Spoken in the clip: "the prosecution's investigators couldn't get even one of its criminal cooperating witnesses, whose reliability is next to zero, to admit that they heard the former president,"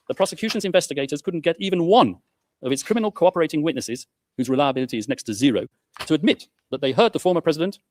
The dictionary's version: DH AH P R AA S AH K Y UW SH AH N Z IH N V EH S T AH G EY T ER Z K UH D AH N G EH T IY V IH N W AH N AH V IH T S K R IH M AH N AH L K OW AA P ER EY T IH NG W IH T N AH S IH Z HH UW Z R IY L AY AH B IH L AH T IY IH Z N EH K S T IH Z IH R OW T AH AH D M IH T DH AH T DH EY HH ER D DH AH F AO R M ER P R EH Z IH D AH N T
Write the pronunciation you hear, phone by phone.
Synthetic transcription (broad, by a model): DH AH P R AA S AH K Y UW SH AH N Z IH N V EH S T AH G EY T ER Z K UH D N G EH T IY V IH N W AH N AH V IH T S K R IH M AH N AH L K OW AA P ER EY T IH NG W IH T N AH S IH Z HH UW Z R IY L AY AH B IH L AH T IY IH Z N EH K S T IH Z IH R OW T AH AH D M IH T DH AH T DH EY HH ER D DH AH F AO R M ER P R EH Z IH D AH N T